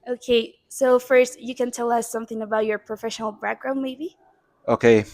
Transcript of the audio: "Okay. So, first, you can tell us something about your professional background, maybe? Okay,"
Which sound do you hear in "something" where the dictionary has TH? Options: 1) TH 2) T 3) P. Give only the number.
1